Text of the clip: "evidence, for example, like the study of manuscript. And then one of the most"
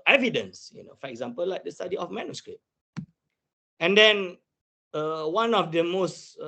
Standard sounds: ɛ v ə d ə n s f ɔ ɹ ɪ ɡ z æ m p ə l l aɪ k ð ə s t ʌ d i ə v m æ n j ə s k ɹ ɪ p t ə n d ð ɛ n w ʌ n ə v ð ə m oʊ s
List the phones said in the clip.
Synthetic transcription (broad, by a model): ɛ v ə d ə n s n ɔ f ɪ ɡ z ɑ m p ə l l aɪ k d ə s t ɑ d i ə f m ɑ n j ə s k ɹ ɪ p ə n d ɛ n w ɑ n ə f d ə m oʊ s